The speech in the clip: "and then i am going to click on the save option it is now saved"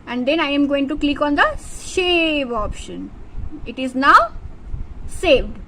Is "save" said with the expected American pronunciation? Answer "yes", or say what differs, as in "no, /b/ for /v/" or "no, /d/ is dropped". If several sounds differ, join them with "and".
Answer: no, /ʃ/ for /s/